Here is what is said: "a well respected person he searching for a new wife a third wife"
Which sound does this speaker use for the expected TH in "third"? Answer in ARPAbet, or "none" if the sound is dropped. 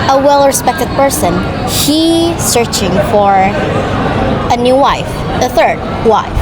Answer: TH